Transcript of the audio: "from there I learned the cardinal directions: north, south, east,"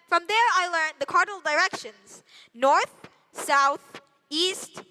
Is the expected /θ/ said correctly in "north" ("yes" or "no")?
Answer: yes